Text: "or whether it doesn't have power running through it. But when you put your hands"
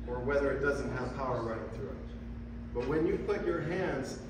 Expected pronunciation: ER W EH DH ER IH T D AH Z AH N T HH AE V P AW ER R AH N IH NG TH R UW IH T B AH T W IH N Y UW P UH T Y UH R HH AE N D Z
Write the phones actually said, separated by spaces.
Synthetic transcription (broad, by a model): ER W EH DH ER IH T D AH Z AH N T HH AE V P AW ER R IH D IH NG TH R UW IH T B AH T W IH N Y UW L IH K Y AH R HH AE N D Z